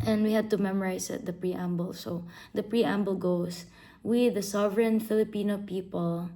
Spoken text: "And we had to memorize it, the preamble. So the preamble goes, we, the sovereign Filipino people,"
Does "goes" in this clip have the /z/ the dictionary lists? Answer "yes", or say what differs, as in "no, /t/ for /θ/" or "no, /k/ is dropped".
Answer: no, /s/ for /z/